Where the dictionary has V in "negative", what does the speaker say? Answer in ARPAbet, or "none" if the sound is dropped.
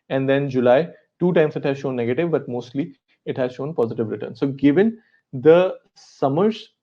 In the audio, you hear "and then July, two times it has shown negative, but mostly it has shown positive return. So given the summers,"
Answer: V